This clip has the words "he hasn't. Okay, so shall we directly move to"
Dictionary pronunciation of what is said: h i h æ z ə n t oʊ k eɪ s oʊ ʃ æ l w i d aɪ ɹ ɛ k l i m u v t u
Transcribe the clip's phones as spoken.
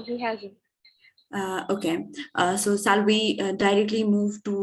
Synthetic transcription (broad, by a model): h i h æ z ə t oʊ k eɪ s oʊ s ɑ l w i d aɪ ɹ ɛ k l i m u v t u